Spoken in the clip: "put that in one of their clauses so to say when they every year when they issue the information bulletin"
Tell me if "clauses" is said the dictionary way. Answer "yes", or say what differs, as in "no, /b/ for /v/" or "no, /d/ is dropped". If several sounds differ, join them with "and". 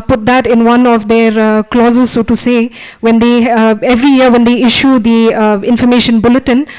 yes